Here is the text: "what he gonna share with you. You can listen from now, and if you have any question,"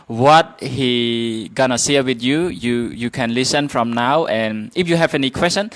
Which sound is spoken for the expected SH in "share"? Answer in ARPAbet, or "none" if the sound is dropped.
S